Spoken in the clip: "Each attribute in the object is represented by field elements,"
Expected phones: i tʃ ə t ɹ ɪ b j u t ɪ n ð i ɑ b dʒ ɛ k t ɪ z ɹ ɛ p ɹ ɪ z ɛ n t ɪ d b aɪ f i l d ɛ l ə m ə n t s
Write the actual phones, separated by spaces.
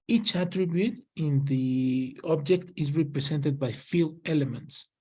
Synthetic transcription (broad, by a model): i tʃ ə t ɹ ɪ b j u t ɪ n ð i ɑ b dʒ ɛ k t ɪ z ɹ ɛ p ɹ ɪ s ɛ n t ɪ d b aɪ f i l ɛ l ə m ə n t s